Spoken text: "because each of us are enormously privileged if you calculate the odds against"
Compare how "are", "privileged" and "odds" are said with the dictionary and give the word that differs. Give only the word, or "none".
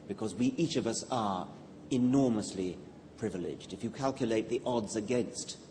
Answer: none